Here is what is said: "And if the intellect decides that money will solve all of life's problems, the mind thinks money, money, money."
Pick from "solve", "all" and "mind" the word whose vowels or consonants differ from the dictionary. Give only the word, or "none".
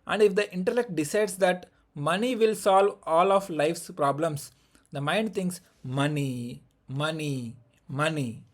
none